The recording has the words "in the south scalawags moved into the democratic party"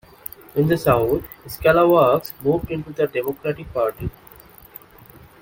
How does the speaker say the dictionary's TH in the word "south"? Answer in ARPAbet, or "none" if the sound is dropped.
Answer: T